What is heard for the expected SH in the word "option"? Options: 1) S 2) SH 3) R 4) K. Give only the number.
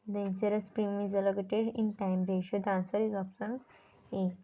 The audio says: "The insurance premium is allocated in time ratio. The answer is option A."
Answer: 1